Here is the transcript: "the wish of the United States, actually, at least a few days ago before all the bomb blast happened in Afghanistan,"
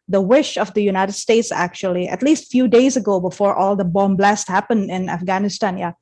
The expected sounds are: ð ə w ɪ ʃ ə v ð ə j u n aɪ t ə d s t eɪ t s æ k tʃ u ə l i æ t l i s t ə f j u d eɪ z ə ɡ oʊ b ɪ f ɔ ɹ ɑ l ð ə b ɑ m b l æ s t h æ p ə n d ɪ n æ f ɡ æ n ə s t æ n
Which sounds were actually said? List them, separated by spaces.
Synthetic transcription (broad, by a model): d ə w ɪ ʃ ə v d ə j u n aɪ t ə d s t eɪ t s æ k tʃ u ə l i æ t l i s t f j u d eɪ z ə ɡ oʊ b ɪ f ɔ ɹ ɑ l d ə b ɑ m b l æ s t h æ p ə n d ɪ n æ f ɡ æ n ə s t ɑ n